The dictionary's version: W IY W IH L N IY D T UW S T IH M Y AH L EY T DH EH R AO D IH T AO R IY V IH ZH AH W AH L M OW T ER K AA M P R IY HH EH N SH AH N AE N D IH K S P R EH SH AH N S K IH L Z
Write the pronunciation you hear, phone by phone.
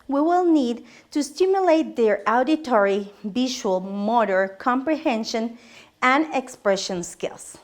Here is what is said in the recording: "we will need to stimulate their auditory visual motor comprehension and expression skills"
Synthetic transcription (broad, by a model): W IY W IH L N IY D T UW S T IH M Y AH L EY T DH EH R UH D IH T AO R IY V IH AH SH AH L M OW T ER K AA M P R IY HH EH N SH AH N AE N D IH K S P R EH SH AH N S K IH L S